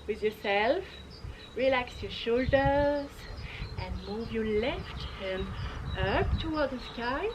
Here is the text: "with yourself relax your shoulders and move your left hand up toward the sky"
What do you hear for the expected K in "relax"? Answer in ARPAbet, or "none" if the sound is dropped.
K